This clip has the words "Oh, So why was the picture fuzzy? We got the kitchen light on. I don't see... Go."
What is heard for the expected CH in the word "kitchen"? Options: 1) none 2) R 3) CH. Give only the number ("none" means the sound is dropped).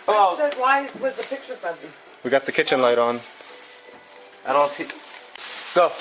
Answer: 3